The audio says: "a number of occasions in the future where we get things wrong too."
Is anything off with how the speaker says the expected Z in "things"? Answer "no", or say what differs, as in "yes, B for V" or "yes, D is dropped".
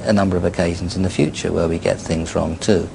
no